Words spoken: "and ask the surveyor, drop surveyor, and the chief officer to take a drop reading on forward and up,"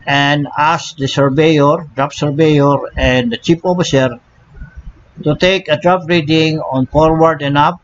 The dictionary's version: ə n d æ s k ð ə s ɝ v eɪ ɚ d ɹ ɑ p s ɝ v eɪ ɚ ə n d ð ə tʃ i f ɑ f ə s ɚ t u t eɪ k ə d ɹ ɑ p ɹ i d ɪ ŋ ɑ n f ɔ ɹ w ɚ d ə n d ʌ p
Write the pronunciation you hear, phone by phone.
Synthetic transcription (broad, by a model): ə n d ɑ s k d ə s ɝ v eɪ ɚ d ɹ ɑ p s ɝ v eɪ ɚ ə n d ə tʃ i p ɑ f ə s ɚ t u t eɪ k ə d ɹ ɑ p ɹ i d ɪ ŋ ɑ n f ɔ ɹ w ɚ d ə n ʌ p